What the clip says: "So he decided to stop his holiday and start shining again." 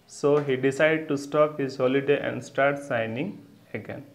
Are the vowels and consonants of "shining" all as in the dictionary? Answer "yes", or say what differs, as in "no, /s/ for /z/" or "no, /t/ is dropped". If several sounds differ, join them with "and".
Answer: no, /s/ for /ʃ/